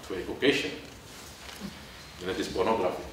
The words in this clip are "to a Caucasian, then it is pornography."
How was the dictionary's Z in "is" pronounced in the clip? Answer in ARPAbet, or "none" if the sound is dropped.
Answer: S